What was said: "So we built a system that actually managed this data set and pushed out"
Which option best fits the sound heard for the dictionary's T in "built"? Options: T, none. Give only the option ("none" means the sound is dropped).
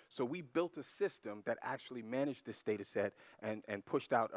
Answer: T